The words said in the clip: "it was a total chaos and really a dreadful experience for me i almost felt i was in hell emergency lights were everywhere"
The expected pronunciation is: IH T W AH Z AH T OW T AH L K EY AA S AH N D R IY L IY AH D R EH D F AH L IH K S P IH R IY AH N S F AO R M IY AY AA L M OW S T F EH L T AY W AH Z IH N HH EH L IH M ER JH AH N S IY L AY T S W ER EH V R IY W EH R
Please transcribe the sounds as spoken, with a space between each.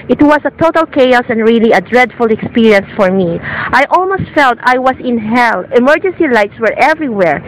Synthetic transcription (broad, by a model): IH T W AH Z AH T OW T AH L K EY AA S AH N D R IY L IY AH D R EH D F AH L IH K S P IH R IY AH N S F AO R M IY AY AA L M OW S T F EH L T AY W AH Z IH N HH EH L IH M ER JH AH N S IY L AY T S W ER EH V R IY W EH R